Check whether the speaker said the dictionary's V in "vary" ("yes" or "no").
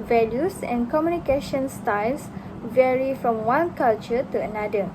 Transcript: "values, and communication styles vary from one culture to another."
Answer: yes